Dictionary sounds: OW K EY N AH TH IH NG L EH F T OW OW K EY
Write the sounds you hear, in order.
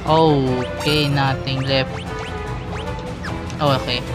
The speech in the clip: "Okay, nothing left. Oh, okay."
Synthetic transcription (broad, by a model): OW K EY N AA T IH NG L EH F T OW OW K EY